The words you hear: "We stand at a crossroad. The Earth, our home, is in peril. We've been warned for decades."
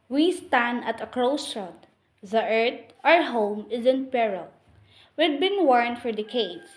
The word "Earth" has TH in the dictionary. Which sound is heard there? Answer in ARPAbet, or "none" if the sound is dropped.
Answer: T